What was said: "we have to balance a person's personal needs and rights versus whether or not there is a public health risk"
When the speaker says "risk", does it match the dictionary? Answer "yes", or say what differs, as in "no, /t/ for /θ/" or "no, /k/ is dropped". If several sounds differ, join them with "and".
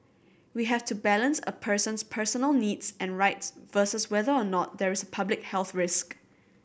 yes